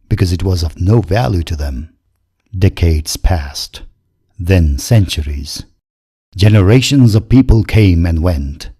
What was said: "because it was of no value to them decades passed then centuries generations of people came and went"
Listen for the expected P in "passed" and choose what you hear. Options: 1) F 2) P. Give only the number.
2